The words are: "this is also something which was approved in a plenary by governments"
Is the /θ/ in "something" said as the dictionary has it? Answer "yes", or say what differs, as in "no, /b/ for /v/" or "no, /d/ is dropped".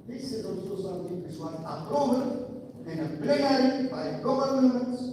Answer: no, /t/ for /θ/